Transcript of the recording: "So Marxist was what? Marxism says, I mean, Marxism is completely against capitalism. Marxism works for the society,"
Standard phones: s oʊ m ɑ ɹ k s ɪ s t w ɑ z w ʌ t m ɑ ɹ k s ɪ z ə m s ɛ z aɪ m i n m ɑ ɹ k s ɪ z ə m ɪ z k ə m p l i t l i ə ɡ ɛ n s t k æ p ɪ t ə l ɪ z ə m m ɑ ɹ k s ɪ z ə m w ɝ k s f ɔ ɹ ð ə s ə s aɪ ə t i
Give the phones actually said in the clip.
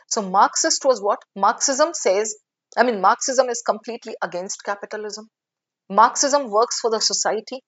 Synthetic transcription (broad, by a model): s oʊ m ɑ ɹ k s ɪ s t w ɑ z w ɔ t m ɑ ɹ k s ɪ z ə m s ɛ z aɪ m i n m ɑ ɹ k s ɪ z ə m ɪ z k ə m p l i t l i ə ɡ ɛ n s t k æ p ɪ t ə l ɪ z ə m m ɑ ɹ k s ɪ z ə m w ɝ k s f ɔ ɹ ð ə s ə s aɪ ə t i